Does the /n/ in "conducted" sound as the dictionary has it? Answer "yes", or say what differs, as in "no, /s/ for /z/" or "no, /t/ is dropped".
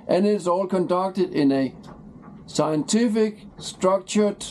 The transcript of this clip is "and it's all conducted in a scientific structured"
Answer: yes